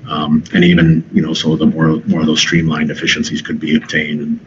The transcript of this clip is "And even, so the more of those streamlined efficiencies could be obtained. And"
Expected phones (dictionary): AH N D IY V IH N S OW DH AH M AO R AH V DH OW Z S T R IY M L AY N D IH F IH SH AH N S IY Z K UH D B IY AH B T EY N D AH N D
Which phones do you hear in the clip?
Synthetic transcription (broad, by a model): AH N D IY V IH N S OW DH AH M AO R AH V DH OW Z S T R IY M L AY N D IH F IH SH AH N S IY Z K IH D B IY AH B T EY N D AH N